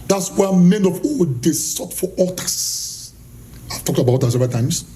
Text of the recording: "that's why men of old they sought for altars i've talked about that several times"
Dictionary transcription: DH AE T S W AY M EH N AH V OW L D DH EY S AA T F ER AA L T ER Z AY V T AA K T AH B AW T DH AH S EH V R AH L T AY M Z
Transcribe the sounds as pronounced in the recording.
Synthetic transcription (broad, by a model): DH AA T S W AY M EH N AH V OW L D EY S AA T F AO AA T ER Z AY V T AA K T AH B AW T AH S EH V AH T AY M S